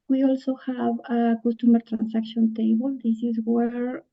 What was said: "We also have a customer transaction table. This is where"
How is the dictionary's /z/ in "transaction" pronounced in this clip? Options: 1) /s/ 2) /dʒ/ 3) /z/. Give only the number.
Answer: 1